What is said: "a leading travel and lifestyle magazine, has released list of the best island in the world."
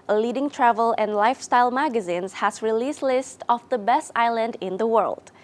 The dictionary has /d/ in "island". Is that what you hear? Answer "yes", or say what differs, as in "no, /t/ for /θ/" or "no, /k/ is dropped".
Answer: yes